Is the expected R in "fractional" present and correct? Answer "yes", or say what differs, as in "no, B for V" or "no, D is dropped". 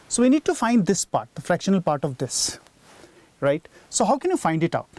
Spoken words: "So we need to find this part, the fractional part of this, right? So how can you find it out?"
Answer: yes